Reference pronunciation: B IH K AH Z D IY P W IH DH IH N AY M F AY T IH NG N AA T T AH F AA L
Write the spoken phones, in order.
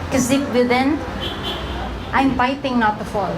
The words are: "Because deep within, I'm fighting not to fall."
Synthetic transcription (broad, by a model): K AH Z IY F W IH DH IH N AY M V AY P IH NG N AA T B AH F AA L